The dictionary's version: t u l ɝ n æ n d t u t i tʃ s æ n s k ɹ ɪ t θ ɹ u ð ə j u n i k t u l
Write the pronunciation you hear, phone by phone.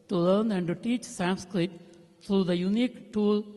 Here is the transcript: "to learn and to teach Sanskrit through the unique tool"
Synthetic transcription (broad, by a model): t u l ɝ n æ n d t u t i tʃ s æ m s k ɹ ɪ t t ɹ u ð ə j u n i k t u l